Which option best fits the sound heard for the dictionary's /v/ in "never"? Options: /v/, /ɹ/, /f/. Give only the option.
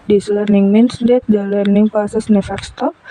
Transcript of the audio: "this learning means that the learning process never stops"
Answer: /f/